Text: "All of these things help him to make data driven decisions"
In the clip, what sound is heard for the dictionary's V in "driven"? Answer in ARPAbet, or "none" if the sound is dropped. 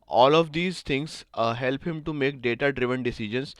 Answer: V